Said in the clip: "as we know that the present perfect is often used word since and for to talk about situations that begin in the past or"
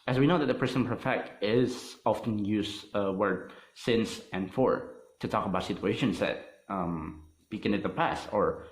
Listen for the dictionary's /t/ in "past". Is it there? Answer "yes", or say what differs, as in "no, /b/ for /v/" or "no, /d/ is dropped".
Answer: yes